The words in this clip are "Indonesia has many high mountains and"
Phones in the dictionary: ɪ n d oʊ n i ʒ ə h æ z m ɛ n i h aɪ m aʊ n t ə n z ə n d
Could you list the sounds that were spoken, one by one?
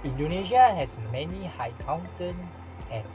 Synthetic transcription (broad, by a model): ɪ n d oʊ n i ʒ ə h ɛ s m ɛ n i h aɪ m aʊ n t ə n ə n